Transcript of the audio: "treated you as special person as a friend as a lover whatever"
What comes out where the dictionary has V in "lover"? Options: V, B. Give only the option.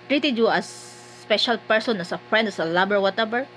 B